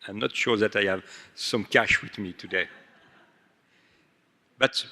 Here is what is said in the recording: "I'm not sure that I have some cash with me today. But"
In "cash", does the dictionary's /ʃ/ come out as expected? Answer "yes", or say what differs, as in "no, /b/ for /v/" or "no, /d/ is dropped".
yes